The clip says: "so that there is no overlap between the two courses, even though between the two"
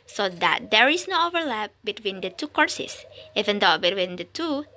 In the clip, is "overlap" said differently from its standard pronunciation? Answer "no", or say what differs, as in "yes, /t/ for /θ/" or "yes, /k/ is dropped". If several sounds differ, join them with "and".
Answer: no